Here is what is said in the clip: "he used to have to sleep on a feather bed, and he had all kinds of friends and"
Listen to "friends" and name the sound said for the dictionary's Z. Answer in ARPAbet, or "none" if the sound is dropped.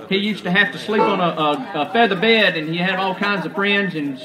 Z